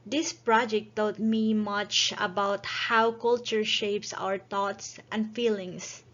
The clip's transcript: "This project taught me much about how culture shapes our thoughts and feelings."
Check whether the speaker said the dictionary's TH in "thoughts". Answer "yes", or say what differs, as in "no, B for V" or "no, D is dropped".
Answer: no, T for TH